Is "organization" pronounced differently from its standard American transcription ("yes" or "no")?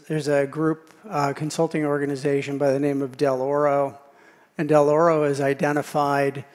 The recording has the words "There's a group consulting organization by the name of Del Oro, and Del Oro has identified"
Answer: no